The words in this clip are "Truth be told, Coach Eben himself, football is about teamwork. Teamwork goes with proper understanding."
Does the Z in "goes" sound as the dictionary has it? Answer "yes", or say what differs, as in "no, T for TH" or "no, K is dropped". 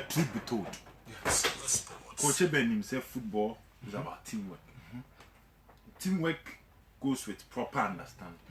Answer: no, S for Z